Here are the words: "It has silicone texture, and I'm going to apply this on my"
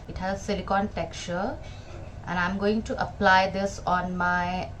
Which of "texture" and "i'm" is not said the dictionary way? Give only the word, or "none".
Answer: texture